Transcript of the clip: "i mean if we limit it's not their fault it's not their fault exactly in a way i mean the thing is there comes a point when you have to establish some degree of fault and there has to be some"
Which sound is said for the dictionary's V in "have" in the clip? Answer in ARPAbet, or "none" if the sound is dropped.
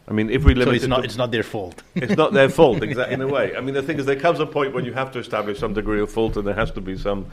F